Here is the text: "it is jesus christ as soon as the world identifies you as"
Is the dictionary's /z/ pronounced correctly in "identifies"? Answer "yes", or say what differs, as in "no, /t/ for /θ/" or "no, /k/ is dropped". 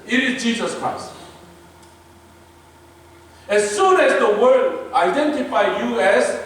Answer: no, /z/ is dropped